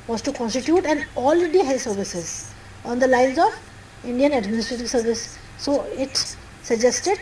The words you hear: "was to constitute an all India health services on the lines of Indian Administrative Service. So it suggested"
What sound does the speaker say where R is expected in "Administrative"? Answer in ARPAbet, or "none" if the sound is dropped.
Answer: R